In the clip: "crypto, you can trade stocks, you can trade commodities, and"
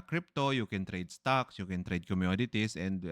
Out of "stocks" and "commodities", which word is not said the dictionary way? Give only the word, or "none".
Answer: commodities